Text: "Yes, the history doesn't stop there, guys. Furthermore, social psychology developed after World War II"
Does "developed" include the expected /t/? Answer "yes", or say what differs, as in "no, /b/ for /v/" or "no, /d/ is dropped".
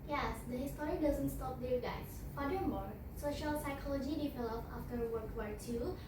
no, /t/ is dropped